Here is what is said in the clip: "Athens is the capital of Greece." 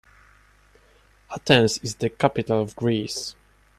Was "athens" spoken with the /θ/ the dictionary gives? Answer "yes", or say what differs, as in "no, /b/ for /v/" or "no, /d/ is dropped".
no, /t/ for /θ/